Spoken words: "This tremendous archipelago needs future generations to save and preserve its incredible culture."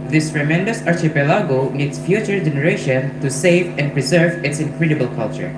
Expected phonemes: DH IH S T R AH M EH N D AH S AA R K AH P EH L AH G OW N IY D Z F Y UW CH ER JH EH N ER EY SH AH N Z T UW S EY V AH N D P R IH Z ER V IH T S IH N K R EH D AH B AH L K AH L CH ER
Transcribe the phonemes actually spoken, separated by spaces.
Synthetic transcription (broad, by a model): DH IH S T R AH M EH N D AH S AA R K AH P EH L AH G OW N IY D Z F Y UW CH ER JH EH N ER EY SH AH N T UW S EY V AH N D P R IH Z ER V IH T S IH N K R EH D AH B AH L K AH L CH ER